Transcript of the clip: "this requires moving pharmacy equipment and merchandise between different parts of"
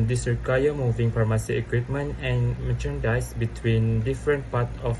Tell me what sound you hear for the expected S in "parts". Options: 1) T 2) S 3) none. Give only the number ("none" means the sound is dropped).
3